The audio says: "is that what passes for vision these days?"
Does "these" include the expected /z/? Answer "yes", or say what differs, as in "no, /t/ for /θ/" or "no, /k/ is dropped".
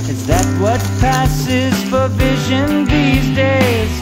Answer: yes